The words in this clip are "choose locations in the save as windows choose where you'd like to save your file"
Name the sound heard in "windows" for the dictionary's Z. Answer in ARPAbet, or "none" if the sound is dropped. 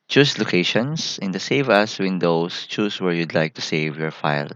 S